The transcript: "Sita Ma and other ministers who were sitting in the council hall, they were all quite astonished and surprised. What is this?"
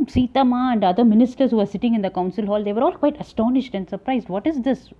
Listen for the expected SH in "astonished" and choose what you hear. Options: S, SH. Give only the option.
SH